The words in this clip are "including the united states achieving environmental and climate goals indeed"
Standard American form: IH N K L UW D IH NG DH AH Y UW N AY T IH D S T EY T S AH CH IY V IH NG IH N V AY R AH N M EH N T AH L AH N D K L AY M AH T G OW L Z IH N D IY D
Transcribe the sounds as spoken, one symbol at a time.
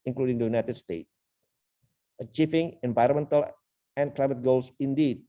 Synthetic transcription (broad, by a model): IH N K L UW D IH NG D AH Y UW N AY T IH D S T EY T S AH CH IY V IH NG IH N V AY R AH N M EH N T AH L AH N K L AY M AH T G OW L S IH N D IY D